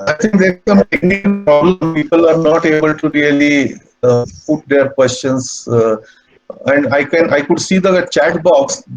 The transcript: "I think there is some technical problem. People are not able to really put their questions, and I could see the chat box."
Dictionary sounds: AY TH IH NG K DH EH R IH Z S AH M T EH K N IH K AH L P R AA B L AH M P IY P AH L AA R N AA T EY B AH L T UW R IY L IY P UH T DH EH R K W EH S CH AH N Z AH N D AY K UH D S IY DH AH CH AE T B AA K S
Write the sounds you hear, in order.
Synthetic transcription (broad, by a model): AY T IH NG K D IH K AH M T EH K N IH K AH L P R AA B L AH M P IY P AH L AA R N AA T EY B AH L T UW R IY L IY P UH T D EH R K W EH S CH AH N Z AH N D AY K UH D S IY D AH CH AE T B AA K S